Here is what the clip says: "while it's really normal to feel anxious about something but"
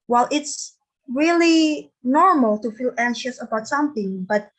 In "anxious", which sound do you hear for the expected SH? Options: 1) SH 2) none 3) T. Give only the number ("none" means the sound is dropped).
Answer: 1